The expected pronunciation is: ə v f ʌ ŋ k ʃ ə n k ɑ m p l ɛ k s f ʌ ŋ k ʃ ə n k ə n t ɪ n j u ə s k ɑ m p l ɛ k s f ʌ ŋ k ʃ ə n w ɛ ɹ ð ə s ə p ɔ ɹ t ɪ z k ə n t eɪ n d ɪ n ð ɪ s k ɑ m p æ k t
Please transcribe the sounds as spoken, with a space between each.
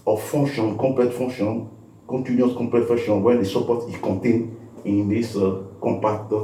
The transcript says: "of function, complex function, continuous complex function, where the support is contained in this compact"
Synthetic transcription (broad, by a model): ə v f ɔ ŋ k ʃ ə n k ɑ m p l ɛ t f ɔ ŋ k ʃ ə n k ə n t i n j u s k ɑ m p l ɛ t f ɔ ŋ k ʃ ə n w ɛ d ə s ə p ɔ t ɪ k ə n t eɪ n ɪ n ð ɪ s k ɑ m p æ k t